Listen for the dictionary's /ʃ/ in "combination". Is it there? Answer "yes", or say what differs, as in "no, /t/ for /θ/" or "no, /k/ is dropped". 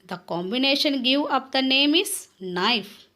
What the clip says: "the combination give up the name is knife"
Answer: yes